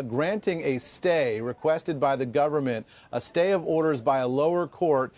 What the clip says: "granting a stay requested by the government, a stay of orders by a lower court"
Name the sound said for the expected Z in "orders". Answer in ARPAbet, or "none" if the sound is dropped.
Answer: Z